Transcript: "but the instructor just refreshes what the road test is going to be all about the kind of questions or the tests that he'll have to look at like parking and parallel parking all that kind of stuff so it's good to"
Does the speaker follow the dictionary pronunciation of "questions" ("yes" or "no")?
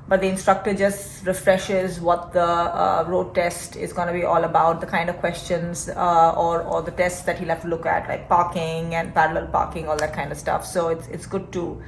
yes